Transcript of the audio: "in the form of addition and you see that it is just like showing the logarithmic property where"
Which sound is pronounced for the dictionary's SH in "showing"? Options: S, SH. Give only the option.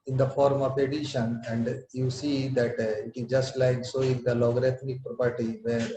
S